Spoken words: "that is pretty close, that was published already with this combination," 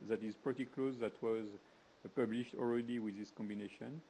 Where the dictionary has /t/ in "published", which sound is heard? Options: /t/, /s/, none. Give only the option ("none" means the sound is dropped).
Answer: /t/